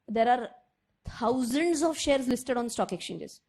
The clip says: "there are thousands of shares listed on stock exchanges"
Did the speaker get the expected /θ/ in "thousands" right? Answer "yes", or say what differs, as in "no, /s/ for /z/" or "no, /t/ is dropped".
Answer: no, /t/ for /θ/